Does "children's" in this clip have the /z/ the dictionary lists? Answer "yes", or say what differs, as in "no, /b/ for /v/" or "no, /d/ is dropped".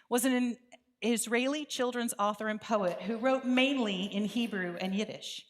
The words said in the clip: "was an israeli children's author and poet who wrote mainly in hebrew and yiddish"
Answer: yes